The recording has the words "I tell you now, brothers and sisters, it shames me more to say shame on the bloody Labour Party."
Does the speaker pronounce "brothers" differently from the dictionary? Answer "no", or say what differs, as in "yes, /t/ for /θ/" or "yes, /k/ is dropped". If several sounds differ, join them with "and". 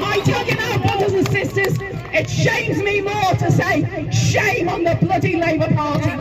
no